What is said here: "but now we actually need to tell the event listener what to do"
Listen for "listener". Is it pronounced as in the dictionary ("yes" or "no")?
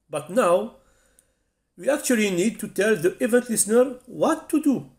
yes